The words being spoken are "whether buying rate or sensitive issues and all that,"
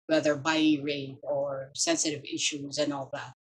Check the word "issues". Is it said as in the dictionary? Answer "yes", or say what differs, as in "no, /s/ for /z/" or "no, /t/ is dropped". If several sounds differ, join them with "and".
yes